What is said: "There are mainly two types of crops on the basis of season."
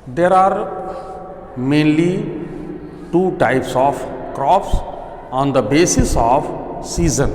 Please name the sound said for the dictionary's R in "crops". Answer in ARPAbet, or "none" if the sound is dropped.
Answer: R